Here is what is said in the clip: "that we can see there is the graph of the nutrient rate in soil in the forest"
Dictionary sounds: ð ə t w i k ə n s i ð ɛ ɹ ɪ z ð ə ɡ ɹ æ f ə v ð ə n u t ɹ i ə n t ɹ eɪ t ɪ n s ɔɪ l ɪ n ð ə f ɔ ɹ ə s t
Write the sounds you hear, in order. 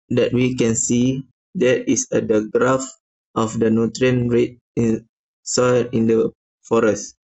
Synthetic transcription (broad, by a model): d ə t w i k ə n s i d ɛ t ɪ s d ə ɡ ɹ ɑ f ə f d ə n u t ɹ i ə n ɹ eɪ t ɪ n s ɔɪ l ɪ n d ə f ɔ ɹ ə s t